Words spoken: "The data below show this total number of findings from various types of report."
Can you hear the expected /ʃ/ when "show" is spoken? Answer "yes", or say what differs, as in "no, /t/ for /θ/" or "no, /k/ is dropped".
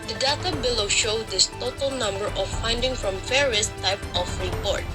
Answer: yes